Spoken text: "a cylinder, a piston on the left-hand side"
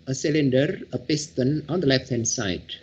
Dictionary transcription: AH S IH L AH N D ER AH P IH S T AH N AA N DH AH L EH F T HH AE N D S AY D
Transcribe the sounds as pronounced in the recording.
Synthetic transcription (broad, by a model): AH S IH L AH N D ER AH P IH S T AH N AA N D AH L EH F T HH AE N D S AY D